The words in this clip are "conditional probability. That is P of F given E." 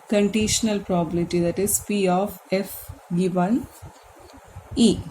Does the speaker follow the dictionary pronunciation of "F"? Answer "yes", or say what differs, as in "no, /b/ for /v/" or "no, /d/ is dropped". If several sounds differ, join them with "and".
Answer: yes